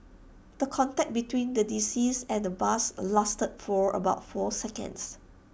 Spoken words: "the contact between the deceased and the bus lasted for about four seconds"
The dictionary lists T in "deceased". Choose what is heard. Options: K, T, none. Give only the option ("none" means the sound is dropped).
none